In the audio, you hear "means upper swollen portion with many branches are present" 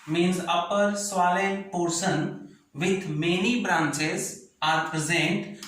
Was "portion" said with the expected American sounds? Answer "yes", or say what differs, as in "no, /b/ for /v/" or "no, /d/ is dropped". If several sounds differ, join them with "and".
no, /s/ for /ʃ/